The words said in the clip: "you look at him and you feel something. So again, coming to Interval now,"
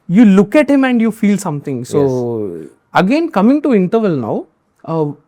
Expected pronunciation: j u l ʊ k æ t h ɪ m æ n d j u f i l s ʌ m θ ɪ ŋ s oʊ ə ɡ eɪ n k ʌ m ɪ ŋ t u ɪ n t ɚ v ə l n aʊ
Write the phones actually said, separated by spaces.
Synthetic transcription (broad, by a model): j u l ʊ k æ t h ɪ m æ n d j u f i l s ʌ m t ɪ ŋ s oʊ ə ɡ eɪ n k ʌ m ɪ ŋ t u ɪ n t ɚ v ə l n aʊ